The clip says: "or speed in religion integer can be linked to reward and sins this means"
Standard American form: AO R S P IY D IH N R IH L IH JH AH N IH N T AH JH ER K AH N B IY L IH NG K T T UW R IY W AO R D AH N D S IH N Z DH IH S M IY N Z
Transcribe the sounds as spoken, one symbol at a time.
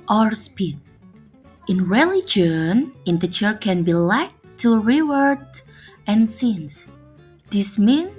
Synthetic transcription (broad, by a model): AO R S P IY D IH N R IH L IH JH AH N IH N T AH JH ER K AH N B IY L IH K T T UW R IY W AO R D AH N S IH N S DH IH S M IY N